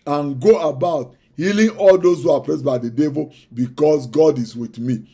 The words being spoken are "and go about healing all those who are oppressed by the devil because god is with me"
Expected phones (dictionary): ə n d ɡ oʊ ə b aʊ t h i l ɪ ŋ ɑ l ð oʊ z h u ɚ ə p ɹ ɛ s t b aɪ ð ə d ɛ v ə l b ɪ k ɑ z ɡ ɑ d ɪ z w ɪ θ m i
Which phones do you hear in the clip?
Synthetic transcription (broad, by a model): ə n ɡ oʊ ə b aʊ t h i l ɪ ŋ ɑ l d oʊ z h u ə p ɹ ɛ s b aɪ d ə d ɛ v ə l b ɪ k ɑ s ɡ ɑ d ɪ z w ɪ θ m i